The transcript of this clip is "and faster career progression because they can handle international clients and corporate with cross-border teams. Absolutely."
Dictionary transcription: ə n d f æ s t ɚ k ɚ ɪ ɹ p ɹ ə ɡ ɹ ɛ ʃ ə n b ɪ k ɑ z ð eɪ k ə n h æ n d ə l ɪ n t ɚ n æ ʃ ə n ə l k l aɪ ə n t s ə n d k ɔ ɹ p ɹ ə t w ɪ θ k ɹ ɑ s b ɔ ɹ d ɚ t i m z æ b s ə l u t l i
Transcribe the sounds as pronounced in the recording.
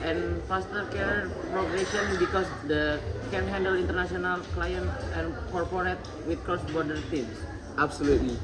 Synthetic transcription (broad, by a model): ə n f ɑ s t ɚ k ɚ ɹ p ɹ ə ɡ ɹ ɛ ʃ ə n b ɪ k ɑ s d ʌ k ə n h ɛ n d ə l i n t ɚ n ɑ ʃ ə n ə l k l aɪ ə n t ə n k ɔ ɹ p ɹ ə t w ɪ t k ɹ ɑ s b ɔ ɹ d ɚ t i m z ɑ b s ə l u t l i